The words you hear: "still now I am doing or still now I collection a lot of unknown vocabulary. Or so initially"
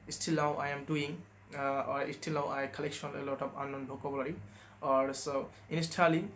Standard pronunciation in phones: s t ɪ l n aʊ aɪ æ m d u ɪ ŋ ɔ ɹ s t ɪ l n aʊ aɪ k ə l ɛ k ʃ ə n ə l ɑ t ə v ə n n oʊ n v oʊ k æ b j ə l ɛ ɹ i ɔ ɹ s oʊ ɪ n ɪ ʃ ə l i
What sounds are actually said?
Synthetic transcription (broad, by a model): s t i l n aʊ aɪ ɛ m d u ɪ ŋ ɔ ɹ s t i l n aʊ aɪ k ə l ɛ k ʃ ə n ə l ɑ t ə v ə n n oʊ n b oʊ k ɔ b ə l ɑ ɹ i ɔ ɹ s oʊ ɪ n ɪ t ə l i